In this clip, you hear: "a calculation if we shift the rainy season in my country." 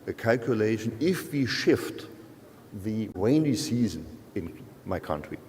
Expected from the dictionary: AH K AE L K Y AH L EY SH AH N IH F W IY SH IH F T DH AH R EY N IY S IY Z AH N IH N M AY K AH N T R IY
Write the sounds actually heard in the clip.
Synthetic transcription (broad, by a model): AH K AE L K Y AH L EY SH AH N IH F W IY SH IH F T DH AH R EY N IY S IY Z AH N IH N M AY K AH N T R IY